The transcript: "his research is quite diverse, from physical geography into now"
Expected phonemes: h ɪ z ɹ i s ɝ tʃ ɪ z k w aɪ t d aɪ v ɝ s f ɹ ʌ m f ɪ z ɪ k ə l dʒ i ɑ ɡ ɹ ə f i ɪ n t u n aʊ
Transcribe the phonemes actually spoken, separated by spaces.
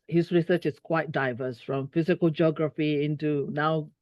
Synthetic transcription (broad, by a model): h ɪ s ɹ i s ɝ tʃ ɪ s k w aɪ t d aɪ v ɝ s f ɹ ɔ m f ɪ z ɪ k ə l dʒ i ɑ ɡ ɹ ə f i ɪ n t u n aʊ